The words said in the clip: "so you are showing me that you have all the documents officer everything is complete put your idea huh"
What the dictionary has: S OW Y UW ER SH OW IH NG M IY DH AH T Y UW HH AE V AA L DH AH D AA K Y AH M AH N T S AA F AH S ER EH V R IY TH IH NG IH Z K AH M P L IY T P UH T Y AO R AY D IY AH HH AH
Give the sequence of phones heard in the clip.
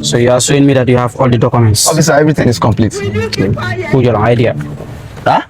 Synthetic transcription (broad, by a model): S OW Y UW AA S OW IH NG M IY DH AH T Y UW HH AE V AA L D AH D AA K Y AH M AH N T S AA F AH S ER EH V R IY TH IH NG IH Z K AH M P L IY T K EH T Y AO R AY D IY AH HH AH